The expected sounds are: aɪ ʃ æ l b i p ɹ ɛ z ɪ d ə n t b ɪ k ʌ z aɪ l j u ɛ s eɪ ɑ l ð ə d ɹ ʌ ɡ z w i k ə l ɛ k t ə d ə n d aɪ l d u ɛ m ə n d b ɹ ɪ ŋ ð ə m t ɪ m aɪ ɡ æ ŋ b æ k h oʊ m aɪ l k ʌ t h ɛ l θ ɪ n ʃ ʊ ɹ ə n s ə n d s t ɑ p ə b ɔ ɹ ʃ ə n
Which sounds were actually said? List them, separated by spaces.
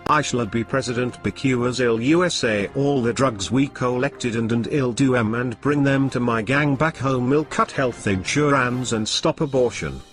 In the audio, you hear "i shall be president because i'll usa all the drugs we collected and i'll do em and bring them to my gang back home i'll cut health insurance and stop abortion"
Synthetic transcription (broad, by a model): aɪ ʃ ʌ l b i p ɹ ɛ z ɪ d ə n t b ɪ k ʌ z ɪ l j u ɛ s eɪ ɑ l ð ə d ɹ ʌ ɡ z w i k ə l ɛ k t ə d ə n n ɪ l d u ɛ m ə n b ɹ ɪ ŋ ð ə m t ɪ m aɪ ɡ æ ŋ b æ k h oʊ m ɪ l k ʌ t h ɛ l θ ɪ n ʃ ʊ ɹ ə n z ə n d s t ɑ p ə b ɔ ɹ ʃ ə n